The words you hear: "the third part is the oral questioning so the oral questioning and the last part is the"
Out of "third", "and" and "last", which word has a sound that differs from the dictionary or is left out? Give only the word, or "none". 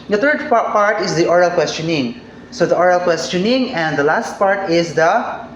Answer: third